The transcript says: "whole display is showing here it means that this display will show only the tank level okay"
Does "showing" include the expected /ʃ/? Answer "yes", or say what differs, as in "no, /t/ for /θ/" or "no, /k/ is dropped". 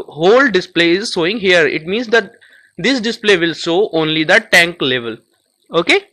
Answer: no, /s/ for /ʃ/